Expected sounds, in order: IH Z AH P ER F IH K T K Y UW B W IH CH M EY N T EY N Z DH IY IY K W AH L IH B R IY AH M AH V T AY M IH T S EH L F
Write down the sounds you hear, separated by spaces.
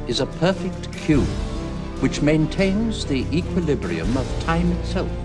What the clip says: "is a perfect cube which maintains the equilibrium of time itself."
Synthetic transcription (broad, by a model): IH Z AH P ER F IH K T K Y UW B W IH CH M EY N T EY N Z DH IY IY K W AH L IH B R IY AH M AH V T AY M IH T S EH L F